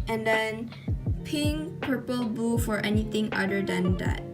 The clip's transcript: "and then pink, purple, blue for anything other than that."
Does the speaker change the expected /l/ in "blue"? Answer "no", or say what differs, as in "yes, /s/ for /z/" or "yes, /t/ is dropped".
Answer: yes, /l/ is dropped